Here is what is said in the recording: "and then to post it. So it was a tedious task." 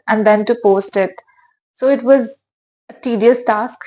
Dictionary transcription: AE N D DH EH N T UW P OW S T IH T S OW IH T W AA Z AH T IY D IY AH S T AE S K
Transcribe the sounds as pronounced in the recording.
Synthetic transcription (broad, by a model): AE N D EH N T UW P OW S T IH T S OW IH T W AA Z AH T IY D IY AH S T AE S K